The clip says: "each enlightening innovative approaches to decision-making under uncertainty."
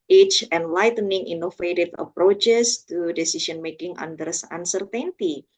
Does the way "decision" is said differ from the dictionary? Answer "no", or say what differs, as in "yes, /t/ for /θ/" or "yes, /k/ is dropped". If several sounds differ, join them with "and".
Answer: yes, /s/ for /ʒ/